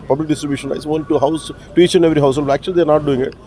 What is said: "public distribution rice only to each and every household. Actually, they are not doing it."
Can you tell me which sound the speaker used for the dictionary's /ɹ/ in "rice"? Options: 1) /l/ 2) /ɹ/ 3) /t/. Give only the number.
1